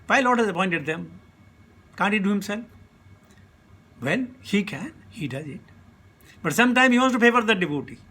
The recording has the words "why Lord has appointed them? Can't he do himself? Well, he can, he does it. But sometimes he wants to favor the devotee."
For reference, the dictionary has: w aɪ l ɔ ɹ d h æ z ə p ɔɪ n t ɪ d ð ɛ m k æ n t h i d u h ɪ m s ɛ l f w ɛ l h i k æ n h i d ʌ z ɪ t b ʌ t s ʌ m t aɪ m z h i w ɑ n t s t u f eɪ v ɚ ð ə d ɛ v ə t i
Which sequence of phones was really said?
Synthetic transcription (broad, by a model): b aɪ l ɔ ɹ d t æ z ə p ɔɪ n t ɪ d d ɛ m k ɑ n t h i d u h ɪ m s ɛ l f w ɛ l h i k æ n h i d ʌ z ɪ t b ʌ t s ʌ m t aɪ m h i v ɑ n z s t u f eɪ v ɚ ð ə d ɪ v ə t i